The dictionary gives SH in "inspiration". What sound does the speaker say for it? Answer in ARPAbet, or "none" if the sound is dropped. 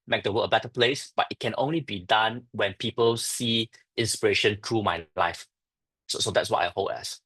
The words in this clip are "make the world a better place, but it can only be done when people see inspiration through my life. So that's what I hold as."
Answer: SH